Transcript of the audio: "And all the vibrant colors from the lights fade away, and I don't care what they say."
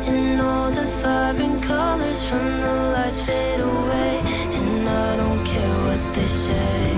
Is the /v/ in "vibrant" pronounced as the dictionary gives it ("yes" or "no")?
no